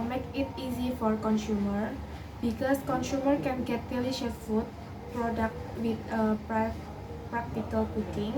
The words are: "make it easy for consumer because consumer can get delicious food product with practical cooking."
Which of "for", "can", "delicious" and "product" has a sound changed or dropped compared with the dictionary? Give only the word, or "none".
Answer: delicious